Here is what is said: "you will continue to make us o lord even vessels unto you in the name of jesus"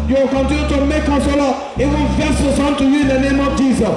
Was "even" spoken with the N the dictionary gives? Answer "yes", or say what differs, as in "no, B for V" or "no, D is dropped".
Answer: no, L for N